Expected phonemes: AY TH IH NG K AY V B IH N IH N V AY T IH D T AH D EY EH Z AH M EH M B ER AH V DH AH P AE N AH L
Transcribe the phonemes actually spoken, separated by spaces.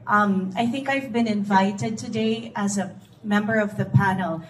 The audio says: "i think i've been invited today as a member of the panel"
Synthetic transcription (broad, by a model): AY TH IH NG K AY V B IH N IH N V AY T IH D T AH D EY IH Z AH M EH M B ER AH V DH AH P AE N L